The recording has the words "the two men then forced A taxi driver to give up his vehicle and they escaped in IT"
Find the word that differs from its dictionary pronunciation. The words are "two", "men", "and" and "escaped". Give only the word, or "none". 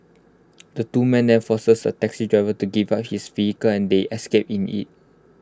escaped